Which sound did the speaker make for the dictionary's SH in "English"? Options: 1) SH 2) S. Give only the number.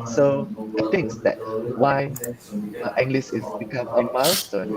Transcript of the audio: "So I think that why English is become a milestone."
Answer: 2